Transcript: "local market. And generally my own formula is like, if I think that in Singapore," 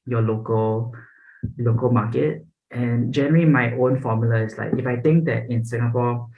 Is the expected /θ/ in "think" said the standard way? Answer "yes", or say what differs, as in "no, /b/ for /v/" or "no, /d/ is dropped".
no, /t/ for /θ/